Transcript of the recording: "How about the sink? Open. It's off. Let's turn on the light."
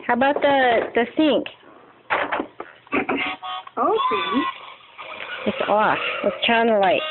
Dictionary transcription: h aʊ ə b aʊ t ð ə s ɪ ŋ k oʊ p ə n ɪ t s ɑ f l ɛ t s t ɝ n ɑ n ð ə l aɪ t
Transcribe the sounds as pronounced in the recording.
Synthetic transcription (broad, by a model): h aʊ ə b aʊ t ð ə s ɪ ŋ k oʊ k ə ɪ t s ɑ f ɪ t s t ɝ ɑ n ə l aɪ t